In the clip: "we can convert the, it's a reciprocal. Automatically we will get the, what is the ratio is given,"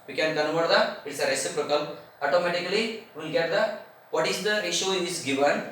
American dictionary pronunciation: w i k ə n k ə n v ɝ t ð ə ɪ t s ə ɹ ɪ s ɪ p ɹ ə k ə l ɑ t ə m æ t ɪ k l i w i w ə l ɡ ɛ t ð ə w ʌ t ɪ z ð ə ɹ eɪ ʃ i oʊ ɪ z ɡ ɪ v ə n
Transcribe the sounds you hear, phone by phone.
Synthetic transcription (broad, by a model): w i k ə n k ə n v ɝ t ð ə ɪ t s ə ɹ ɪ s ɪ p ɹ ə k ə l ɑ t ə m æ t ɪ k i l i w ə l ɡ ɛ t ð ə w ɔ t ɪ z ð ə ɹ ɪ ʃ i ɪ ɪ s ɡ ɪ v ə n